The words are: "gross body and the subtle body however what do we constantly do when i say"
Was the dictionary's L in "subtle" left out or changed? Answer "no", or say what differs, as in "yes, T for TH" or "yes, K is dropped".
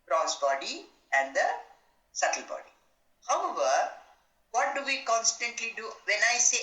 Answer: no